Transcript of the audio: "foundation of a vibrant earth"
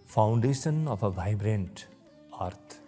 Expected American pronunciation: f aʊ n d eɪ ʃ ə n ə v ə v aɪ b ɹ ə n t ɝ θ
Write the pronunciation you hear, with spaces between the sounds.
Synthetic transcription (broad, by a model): f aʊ n d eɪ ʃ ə n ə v ə v aɪ b ɹ ə n t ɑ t